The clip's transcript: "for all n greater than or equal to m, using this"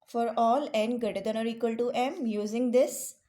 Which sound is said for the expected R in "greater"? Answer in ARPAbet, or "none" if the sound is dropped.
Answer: none